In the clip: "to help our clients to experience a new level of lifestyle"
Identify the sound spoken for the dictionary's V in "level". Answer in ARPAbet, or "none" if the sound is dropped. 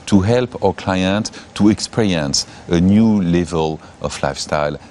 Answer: V